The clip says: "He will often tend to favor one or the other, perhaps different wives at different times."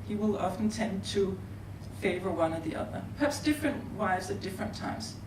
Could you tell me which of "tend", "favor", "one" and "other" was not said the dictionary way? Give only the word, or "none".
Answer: none